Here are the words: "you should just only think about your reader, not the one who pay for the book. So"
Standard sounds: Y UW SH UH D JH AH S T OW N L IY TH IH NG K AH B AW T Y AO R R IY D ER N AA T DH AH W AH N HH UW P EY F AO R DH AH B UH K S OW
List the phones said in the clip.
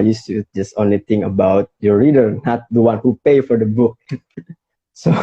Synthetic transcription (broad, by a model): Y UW S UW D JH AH S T OW N L IY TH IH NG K AH B AW T Y AO R R IY D ER N AA T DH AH W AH N HH UW P EY F AO R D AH B UH K S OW